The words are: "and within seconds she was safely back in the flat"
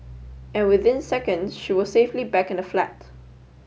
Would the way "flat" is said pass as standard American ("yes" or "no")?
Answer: yes